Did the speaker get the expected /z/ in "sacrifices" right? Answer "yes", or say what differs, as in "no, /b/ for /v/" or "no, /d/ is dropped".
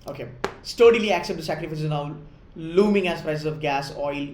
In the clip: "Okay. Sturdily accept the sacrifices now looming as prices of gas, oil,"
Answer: no, /z/ is dropped